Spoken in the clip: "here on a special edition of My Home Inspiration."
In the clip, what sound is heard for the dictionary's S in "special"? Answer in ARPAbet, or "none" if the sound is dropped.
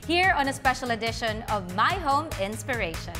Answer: S